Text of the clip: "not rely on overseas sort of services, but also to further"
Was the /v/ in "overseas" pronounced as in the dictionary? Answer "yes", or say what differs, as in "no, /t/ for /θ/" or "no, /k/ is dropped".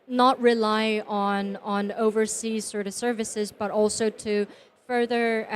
yes